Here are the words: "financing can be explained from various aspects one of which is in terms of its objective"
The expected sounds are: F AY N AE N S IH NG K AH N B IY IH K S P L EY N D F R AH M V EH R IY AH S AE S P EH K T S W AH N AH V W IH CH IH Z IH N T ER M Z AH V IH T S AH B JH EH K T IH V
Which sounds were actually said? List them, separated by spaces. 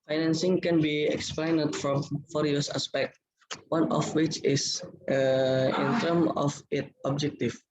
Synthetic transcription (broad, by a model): F AY N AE N S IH NG K AH N B IY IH K S P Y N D F R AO M F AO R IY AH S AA S P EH K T W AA N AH F W IH CH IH S IH N T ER M AH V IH T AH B JH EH K T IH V